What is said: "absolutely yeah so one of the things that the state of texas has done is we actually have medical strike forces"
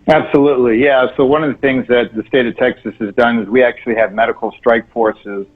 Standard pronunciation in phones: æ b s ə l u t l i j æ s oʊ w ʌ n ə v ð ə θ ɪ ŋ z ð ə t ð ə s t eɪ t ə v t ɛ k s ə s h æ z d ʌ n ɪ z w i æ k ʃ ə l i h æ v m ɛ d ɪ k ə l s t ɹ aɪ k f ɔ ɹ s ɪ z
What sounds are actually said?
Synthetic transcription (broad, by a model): æ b s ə l u t l i j æ s oʊ w ʌ n ə v ð ə θ ɪ ŋ z ð ə t ð ə s t eɪ t ə v t ɛ k s ə s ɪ z d ʌ n ɪ z w i æ k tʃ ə l i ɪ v m ɛ d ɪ k l s t ɹ aɪ k f ɔ ɹ s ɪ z